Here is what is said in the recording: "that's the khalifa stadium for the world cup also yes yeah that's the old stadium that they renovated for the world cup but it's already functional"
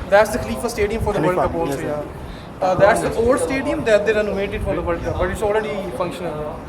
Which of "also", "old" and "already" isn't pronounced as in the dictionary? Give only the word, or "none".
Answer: also